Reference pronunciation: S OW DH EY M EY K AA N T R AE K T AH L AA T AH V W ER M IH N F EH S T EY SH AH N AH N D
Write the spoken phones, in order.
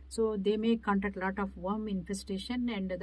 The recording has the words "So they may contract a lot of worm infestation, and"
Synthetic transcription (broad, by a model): S OW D EY M EY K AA N T AE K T L AA T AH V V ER M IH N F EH S T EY SH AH N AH N D